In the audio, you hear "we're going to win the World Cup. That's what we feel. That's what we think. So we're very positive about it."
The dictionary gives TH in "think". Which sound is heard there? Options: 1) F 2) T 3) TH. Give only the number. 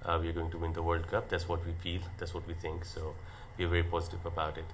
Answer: 2